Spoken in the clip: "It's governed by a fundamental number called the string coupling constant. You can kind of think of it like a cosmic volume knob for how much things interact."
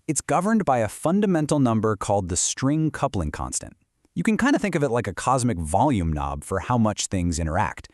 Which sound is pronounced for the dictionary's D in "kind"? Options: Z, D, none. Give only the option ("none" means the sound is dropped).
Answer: D